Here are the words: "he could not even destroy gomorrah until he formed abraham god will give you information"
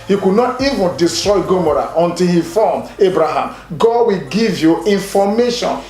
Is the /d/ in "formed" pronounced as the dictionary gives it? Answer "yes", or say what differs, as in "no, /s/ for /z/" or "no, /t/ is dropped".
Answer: no, /d/ is dropped